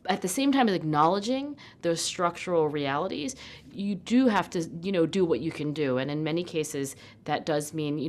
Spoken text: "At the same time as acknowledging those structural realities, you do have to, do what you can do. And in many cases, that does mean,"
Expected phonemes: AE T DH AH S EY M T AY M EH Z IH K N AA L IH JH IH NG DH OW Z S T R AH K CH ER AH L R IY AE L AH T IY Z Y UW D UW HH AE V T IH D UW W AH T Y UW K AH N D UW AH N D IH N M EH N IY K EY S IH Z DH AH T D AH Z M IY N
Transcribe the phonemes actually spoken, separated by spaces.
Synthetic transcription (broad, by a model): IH T DH AH S EY M T AY M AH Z IH K N AA L IH JH IH NG DH OW Z S T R AH K CH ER L R IY AE L AH T IY Z Y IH D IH HH AE F T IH D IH W AH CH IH K AH N D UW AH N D IH N M EH N IY K EY S IH Z DH AH T D AH Z M IY N